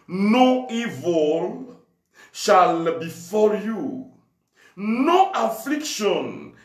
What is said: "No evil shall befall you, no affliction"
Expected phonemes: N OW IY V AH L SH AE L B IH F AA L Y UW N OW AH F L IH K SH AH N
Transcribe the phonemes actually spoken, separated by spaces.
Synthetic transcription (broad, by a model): N OW IY V AH L SH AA L B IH F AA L Y UW N OW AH F L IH K SH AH N